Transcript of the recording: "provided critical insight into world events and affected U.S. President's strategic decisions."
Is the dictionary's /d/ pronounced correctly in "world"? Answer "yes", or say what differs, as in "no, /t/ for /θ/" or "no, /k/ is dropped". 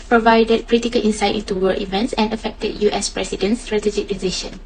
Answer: no, /d/ is dropped